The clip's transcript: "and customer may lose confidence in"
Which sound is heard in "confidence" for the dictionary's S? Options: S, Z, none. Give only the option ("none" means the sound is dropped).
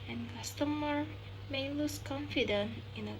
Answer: none